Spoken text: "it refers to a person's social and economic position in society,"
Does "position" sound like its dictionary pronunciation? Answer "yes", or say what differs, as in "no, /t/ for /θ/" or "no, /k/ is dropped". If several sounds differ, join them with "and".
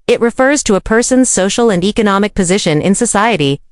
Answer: yes